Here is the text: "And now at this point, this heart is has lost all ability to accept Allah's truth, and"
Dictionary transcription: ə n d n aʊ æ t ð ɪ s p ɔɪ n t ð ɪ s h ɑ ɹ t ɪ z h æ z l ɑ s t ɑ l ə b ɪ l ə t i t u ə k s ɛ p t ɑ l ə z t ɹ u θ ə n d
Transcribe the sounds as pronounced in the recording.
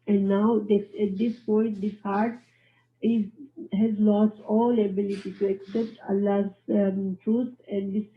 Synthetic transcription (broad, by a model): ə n d n aʊ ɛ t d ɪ s p ɔɪ n t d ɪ s h ɑ ɹ t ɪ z h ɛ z l ɑ s t ɑ l ə b ɪ l ə t i t u ə k s ɛ p t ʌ l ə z t ɹ u t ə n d